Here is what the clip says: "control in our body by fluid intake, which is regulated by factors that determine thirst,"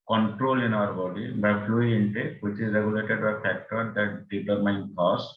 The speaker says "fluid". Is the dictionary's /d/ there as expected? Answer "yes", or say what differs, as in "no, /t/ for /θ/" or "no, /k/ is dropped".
no, /d/ is dropped